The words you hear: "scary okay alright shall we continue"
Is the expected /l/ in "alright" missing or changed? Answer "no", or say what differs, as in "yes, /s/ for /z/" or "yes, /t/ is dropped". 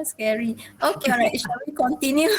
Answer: yes, /l/ is dropped